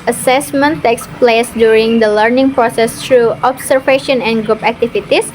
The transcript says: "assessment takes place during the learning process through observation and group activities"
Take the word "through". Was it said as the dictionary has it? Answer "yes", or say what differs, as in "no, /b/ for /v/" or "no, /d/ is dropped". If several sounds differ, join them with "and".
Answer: no, /t/ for /θ/